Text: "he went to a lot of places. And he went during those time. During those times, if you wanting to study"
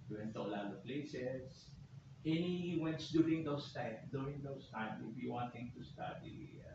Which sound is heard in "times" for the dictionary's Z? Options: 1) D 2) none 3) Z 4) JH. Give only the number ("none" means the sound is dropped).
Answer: 2